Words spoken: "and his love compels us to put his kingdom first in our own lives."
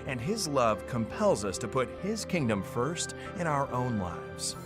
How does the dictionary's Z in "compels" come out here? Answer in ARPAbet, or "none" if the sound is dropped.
Z